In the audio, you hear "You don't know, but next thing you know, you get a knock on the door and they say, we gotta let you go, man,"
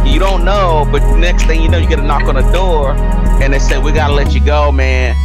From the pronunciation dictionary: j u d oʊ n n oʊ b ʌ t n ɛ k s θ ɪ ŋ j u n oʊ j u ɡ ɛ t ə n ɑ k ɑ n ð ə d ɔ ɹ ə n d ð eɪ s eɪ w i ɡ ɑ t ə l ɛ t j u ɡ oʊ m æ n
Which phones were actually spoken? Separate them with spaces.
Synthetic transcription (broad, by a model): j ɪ d oʊ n n oʊ b ʌ t n ɛ k s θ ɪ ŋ j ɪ n oʊ j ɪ ɡ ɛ t ə n ɑ k n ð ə d ɔ ɹ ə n ð eɪ s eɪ w i ɡ ɑ t ə l ɛ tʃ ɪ ɡ oʊ m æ n